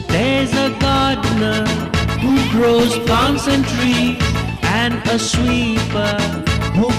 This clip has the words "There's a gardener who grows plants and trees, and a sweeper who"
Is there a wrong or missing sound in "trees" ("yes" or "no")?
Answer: yes